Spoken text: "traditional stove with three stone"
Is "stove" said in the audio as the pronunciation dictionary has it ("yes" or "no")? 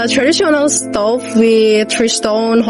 no